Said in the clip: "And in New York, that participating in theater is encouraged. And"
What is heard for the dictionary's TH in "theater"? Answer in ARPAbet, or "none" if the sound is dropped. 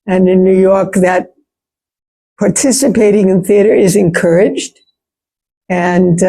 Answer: TH